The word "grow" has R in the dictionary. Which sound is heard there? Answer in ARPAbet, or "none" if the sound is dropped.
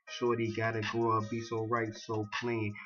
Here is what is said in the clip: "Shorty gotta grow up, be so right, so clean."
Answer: none